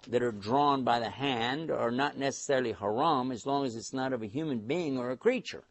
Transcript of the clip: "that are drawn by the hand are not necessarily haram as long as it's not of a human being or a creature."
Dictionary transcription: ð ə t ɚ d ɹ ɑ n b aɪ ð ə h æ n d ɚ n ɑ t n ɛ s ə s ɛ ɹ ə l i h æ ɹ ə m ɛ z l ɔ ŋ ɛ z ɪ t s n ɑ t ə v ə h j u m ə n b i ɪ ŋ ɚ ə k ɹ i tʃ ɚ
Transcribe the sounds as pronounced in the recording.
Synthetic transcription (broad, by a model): ð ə t ɚ d ɹ ɑ n b aɪ ð ə h æ n d ɚ n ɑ t n ɛ s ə s ɛ ɹ l i h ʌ ɹ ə m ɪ z l ɔ ŋ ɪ z ɪ t s n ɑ t ə v ə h j u m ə n b i ɪ ŋ ɚ ə k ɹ i tʃ ɚ